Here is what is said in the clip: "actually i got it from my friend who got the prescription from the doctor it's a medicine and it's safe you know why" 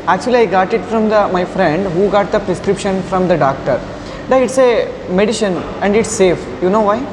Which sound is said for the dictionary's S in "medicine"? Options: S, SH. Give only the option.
SH